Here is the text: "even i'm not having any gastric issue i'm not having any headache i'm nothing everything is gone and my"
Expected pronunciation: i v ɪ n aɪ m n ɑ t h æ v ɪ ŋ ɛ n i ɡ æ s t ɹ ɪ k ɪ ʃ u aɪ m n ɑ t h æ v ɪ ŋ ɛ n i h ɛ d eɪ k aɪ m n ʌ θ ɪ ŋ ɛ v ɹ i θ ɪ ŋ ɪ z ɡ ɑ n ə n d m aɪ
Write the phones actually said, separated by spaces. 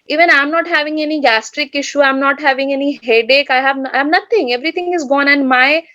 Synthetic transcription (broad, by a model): i v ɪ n aɪ m n ɑ t h æ v ɪ ŋ ɛ n i ɡ æ s t ɹ ɪ k ɪ ʃ u aɪ m n ɑ t h æ v ɪ ŋ ɛ n i h ɛ d eɪ k aɪ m n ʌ t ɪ ŋ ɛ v ɹ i t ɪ ŋ ɪ z ɡ ɑ n ə n d m aɪ